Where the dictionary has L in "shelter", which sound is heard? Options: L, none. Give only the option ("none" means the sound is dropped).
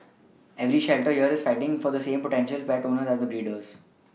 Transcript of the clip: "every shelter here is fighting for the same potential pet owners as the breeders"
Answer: L